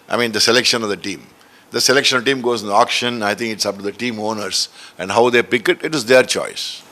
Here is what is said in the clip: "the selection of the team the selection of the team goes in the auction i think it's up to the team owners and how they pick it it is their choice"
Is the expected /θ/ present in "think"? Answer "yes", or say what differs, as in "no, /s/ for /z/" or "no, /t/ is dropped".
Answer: no, /t/ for /θ/